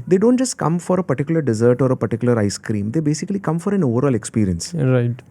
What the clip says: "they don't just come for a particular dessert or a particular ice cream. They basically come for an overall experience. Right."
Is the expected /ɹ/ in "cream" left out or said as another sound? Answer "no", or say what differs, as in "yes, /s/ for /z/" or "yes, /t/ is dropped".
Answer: no